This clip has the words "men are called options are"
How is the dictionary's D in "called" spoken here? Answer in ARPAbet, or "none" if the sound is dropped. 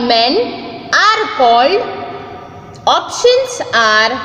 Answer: none